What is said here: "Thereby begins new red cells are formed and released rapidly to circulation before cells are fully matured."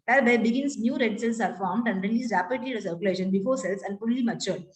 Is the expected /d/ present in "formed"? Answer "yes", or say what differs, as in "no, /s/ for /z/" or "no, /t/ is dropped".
yes